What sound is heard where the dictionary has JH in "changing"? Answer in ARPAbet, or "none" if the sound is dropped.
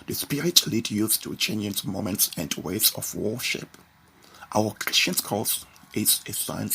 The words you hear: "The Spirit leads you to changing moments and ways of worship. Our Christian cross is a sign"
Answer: none